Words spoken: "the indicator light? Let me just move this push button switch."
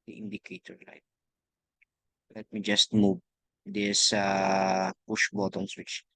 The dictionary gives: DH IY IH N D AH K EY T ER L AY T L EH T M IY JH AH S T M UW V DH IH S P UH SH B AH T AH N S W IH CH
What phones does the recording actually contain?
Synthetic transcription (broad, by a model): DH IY IH N D AH K EY T ER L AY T L EH T M IY JH AH S T M UW V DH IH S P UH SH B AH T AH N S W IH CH